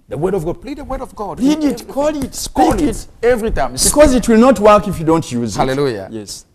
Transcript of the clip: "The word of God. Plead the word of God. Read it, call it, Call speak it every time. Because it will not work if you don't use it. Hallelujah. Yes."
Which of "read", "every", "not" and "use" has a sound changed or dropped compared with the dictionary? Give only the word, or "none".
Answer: read